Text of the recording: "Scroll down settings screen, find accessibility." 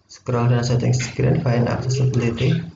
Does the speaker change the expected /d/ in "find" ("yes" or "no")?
yes